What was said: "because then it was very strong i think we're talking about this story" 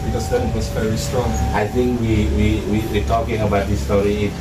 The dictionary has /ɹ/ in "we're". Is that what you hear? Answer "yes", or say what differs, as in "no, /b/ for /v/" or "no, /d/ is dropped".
no, /w/ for /ɹ/